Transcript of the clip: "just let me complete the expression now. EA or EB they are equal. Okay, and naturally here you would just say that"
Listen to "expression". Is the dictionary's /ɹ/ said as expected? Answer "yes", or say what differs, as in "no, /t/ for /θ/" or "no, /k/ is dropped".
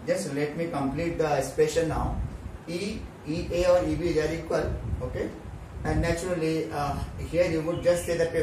no, /ɹ/ is dropped